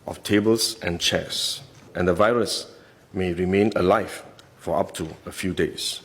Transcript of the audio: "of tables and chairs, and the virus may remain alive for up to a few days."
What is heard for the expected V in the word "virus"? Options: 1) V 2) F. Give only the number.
1